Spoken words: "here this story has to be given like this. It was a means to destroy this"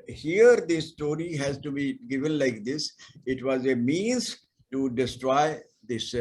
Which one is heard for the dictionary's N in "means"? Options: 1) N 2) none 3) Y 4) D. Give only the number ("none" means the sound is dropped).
1